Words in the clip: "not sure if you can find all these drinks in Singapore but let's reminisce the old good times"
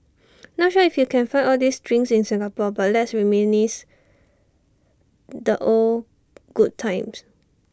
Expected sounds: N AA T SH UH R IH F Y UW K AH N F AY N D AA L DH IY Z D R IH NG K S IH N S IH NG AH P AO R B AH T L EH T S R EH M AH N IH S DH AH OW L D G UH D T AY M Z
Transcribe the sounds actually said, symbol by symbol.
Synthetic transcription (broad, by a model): N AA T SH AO IH F Y UW K AH N F AY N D AA L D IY S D R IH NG S IH N S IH NG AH P AO B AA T L EH T S R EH M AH N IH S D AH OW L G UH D T AY M S